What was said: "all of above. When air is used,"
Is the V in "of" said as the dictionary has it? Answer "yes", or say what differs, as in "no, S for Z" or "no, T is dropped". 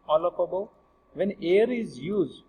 no, P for V